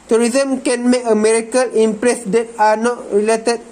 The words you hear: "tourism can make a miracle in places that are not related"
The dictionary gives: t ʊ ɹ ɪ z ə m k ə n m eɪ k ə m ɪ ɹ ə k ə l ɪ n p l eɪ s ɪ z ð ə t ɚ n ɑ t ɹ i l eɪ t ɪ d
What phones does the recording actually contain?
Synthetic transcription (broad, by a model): t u ɹ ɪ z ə m k ə n m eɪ ə m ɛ ɹ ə k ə l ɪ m p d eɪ s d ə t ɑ n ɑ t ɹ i l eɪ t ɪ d